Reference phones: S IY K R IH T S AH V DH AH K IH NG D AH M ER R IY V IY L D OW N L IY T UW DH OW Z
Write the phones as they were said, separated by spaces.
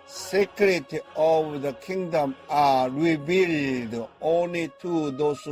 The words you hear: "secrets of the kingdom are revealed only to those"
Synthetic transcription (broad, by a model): S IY K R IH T AH V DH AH K IH NG D AH M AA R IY B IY L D OW N L IY T UW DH OW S